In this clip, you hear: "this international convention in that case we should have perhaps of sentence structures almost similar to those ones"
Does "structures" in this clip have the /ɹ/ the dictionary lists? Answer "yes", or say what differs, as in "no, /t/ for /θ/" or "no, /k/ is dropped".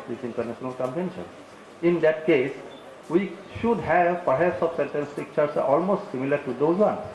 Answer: no, /ɹ/ is dropped